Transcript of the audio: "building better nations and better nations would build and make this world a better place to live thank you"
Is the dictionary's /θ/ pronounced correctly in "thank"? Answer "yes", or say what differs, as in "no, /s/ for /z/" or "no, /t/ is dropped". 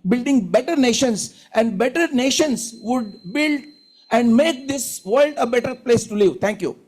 no, /t/ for /θ/